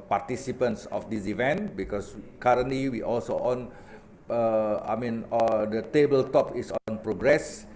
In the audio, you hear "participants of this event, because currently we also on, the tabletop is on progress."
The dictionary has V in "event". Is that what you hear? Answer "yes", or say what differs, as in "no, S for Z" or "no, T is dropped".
yes